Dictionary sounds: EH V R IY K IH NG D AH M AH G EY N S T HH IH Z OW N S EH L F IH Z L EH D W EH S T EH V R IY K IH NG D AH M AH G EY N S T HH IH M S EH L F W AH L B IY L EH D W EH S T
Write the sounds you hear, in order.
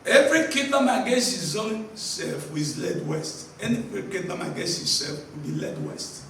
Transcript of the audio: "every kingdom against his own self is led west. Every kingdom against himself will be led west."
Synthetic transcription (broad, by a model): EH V R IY K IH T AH M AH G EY S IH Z OW N S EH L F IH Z L EH D W EH S T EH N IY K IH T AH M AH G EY S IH S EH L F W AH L B IY L EH D W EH S T